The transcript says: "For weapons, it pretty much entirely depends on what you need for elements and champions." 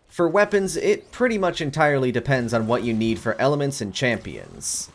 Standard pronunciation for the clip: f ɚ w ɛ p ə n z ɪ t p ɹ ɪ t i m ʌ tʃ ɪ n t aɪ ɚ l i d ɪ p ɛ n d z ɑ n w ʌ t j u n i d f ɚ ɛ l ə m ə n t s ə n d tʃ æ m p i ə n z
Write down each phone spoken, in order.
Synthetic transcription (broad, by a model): f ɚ w ɛ p ə n z ɪ t p ɹ ɪ t i m ʌ tʃ ɪ n t aɪ ɚ l i d ɪ p ɛ n d z n w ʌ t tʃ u n i d f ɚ ɛ l ə m ə n t s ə n tʃ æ m p i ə n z